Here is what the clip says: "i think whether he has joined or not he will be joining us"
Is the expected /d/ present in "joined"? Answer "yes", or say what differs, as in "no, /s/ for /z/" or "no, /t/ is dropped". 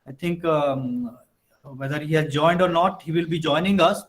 yes